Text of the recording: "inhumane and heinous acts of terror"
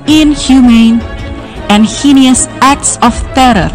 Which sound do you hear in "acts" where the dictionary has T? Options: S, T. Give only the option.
T